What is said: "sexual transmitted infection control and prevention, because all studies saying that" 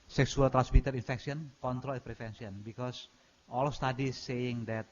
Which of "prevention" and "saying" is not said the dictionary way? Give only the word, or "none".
prevention